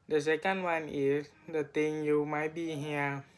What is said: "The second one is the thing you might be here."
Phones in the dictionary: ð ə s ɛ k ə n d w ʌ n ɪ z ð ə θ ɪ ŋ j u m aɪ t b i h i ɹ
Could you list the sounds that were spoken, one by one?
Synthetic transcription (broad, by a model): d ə s ɛ k ə n d w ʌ n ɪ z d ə t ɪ ŋ j u m aɪ t b i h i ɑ